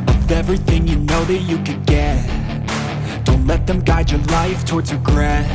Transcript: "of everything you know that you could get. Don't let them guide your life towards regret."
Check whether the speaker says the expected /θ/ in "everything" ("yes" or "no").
yes